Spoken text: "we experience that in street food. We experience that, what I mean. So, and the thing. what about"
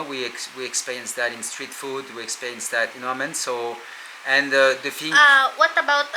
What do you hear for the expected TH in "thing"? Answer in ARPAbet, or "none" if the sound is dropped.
F